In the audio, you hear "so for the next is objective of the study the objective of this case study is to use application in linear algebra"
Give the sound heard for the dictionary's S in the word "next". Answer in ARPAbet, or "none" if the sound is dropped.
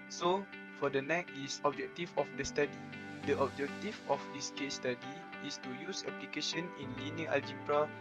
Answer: none